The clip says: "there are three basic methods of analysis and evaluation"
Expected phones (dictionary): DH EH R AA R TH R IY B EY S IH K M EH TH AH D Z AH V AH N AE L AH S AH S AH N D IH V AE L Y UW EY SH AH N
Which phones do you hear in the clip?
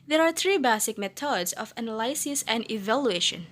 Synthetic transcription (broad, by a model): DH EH R AA R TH R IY B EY S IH K M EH T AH D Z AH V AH N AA L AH S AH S AH N D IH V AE L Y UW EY SH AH N